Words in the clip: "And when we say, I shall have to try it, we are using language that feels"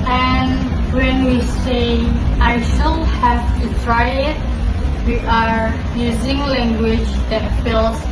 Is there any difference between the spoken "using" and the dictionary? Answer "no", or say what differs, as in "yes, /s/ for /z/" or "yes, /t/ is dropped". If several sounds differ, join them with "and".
no